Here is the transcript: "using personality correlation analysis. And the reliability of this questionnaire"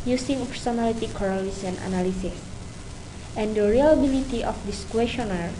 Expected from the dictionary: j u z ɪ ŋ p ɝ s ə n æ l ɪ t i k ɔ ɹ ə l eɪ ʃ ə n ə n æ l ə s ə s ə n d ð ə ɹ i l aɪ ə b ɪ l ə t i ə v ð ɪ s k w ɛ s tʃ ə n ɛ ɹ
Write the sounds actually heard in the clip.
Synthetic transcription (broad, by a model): j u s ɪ ŋ p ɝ s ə n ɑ l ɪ t i k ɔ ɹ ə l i s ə n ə n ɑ l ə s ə s ə n d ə ɹ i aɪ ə b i l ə t i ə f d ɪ s k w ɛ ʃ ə n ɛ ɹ